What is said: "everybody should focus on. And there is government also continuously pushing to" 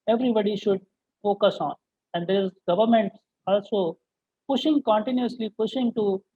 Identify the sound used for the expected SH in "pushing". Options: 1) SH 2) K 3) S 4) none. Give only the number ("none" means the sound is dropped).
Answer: 1